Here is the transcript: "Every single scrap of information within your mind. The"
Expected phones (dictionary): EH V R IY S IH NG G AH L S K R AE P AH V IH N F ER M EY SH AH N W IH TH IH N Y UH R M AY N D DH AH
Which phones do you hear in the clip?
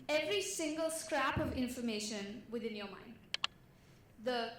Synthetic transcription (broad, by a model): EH V R IY S IH NG G AH L S K R AE P AH V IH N F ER M EY SH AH N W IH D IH N Y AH M AY N D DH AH